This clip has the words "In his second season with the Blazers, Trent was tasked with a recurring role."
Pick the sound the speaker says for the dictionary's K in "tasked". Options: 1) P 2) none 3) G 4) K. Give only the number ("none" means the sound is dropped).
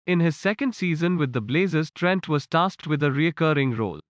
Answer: 2